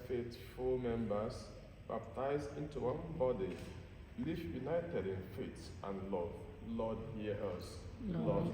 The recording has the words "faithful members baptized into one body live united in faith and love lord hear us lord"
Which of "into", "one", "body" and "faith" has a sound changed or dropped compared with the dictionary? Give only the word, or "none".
faith